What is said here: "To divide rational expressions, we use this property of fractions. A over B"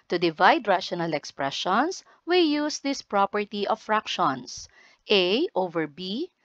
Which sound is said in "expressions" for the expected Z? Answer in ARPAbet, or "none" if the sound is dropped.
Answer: S